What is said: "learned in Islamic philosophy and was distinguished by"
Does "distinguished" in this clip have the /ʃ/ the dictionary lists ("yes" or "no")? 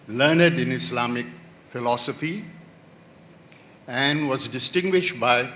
yes